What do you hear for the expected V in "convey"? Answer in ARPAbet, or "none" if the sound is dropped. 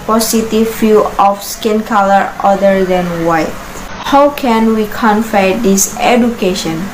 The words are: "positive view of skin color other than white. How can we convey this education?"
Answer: F